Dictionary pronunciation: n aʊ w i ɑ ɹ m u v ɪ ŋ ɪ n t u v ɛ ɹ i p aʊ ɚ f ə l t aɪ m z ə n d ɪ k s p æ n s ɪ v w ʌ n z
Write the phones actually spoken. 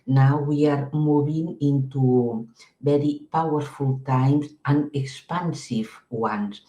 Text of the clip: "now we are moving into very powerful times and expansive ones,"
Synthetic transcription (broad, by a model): n aʊ w i ɑ ɹ m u b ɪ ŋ ɪ n t u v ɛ ɹ i p aʊ ɚ f ə l t aɪ m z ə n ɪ k s p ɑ n s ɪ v w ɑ n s